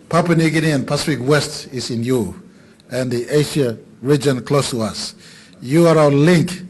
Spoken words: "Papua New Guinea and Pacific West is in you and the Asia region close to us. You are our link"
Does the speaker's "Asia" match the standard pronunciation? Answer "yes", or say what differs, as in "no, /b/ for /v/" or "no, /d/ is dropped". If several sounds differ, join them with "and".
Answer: no, /ʃ/ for /ʒ/